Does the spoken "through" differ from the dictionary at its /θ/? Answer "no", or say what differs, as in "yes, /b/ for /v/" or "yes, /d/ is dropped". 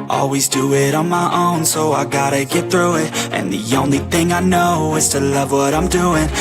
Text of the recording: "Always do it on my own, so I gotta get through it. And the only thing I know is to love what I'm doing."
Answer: no